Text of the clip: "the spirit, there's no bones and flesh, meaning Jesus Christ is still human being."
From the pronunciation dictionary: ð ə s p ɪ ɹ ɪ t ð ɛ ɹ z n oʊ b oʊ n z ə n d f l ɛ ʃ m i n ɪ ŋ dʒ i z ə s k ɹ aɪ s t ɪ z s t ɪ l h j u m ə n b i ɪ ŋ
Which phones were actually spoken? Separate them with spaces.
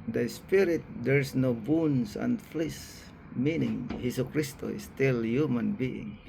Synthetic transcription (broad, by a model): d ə s p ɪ ɹ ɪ t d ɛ ɹ s n oʊ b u n s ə n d f l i s m i n ɪ ŋ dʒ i s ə k ɹ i s t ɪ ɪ s t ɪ l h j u m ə n b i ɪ ŋ